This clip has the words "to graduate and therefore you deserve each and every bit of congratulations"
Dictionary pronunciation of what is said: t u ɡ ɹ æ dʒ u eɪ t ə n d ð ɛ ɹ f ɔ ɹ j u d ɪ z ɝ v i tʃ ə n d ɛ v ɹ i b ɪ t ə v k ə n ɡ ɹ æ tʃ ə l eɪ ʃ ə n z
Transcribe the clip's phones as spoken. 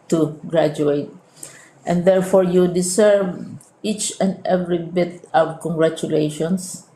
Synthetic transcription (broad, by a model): t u ɡ ɹ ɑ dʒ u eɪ t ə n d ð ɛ ɹ f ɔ ɹ j u d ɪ s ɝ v i tʃ ə n d ɛ v ɹ i b ɪ t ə w k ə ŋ ɡ ɹ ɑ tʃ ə l eɪ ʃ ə n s